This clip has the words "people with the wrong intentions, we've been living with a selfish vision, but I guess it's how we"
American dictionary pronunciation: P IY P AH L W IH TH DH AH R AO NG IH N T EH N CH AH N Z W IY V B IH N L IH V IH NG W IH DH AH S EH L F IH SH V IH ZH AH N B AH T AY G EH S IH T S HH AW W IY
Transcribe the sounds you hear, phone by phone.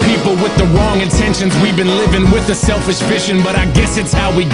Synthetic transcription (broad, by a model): P IY P L W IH DH AH R AO NG IH N T EH N SH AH N Z W IY V B IH N L IH V IH NG W IH DH AH S EH L F IH SH F IH SH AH N B AH T AY G EH S IH T S HH AW W IY